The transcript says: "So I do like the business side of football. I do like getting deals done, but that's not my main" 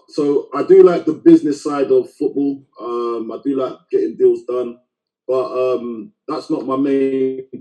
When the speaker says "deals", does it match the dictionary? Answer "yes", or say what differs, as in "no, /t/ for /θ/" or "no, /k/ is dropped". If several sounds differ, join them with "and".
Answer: yes